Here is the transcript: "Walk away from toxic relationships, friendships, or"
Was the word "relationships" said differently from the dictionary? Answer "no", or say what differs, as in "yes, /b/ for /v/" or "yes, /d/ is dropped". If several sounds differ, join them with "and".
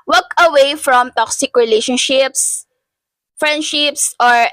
no